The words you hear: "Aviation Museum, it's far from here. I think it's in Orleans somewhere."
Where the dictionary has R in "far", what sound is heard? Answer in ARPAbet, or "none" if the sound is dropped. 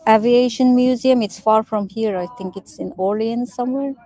R